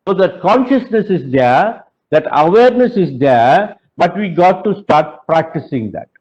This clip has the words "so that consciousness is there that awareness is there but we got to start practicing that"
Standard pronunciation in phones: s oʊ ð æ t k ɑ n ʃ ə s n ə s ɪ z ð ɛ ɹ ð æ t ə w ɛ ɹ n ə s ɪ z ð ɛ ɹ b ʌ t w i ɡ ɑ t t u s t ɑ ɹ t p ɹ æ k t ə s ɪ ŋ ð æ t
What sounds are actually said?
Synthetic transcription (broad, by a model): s oʊ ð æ t k ɑ n ʃ ə s n ə s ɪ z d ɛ ɹ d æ t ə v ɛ ɹ n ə s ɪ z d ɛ ɹ b ʌ t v i ɡ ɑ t t u s t ɑ ɹ t p ɹ æ k t ə s ɪ ŋ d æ t